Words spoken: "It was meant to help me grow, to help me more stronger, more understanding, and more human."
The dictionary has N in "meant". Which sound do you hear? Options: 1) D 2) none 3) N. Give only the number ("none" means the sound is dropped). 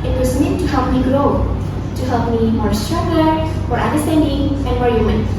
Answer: 2